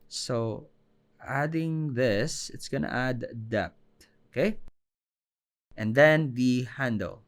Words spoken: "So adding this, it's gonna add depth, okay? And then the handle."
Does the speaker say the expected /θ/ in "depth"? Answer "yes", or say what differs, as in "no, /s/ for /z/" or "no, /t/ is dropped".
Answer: no, /t/ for /θ/